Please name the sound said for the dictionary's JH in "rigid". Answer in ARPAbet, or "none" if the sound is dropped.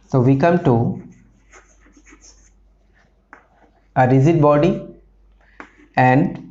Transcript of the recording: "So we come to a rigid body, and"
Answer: Z